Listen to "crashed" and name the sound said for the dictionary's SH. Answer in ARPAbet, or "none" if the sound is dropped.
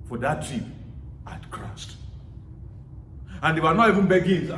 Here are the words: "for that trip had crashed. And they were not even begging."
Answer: S